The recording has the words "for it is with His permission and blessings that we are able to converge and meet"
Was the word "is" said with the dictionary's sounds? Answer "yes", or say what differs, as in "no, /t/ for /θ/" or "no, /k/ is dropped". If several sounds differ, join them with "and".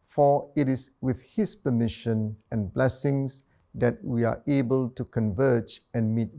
no, /s/ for /z/